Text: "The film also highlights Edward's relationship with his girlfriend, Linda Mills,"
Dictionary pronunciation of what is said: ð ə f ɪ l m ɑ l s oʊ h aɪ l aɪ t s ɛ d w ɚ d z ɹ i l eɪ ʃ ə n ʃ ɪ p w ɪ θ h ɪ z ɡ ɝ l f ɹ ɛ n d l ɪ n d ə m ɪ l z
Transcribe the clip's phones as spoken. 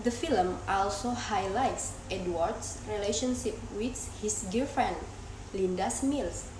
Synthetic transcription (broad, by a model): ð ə f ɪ l m ɑ l s oʊ h aɪ l aɪ t s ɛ d w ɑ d s ɹ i l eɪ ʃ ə n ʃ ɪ p w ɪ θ h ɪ s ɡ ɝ f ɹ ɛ n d l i n d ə m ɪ l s